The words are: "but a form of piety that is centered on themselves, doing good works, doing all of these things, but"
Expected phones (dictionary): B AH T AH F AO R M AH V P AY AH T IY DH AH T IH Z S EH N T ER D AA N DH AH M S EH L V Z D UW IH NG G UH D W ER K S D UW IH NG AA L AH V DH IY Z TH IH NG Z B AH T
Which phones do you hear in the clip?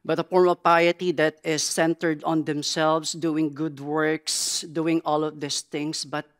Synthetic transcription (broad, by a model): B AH T AH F AO R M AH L P AY AH T IY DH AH T IH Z S EH N T ER D AA N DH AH M S EH L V S D UW IH NG G UH D W ER K S D UW IH NG AA L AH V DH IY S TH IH NG S B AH T